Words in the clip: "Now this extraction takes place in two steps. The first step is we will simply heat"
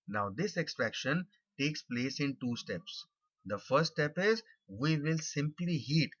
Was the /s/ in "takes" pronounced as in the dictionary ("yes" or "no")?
yes